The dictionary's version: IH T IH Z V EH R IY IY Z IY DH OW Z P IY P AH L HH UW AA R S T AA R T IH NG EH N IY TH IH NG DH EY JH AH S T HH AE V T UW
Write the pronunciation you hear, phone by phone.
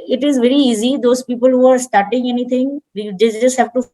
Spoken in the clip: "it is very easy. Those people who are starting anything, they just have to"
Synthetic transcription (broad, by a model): IH T IH Z V EH R IY IY Z IY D OW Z P IY P AH L HH UW AA R S T AA R T IH NG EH N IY T IH NG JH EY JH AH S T HH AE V T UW